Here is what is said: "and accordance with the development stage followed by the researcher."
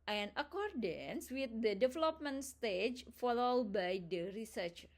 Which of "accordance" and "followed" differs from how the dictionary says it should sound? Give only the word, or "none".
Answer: none